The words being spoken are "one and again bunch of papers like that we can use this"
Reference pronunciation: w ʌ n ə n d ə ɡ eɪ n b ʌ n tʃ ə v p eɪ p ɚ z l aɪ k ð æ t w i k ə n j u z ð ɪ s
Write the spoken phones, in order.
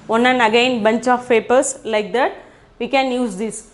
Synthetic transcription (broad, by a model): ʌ n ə n ə ɡ eɪ n b ʌ n tʃ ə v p eɪ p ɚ s l aɪ k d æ t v i k ə n j u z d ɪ s